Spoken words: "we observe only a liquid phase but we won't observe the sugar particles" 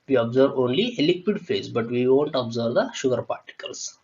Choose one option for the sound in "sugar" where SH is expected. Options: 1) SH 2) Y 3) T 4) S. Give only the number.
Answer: 1